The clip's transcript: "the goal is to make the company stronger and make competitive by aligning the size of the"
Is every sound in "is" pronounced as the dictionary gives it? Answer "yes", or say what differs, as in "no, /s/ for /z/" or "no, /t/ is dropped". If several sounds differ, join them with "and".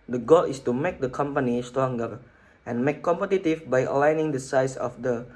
no, /s/ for /z/